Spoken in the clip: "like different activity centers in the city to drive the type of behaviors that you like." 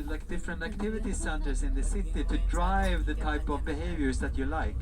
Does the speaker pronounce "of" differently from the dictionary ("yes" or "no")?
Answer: no